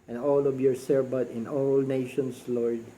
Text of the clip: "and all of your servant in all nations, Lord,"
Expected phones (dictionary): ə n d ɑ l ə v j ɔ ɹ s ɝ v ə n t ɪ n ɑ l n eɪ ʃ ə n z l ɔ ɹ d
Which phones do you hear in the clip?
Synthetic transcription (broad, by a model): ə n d ɑ l ə v j ɔ ɹ s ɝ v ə t ɪ n ɑ l n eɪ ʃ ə n s l ɔ ɹ d